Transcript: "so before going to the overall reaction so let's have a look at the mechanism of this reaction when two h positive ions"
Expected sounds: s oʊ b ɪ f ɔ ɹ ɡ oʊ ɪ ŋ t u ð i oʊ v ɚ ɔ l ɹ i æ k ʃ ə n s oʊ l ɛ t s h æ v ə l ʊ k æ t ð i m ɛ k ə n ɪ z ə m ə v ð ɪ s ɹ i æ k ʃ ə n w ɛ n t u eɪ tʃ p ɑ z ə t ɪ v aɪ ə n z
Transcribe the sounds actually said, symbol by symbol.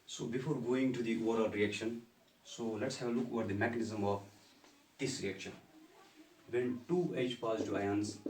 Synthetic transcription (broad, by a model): s oʊ b ɪ f ɔ ɹ ɡ oʊ ɪ ŋ t u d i oʊ v ɚ ɔ l ɹ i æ k ʃ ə n s oʊ l ɛ t s h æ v ə l ʊ k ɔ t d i m ɛ k ə n ɪ z ə m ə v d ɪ s ɹ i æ k ʃ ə n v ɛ n t u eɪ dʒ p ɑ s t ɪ aɪ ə n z